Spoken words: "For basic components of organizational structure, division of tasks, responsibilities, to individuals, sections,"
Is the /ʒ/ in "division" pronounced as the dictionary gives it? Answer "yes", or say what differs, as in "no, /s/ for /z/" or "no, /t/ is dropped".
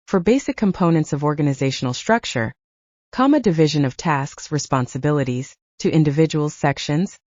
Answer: yes